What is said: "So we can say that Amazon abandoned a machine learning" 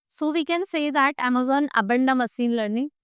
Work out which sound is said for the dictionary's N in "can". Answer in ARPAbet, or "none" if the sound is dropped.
N